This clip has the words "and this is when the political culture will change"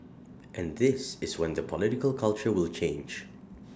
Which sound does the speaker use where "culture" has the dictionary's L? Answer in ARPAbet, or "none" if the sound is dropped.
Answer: L